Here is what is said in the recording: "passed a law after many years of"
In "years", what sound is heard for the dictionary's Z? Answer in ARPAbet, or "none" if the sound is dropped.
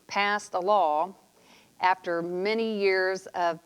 Z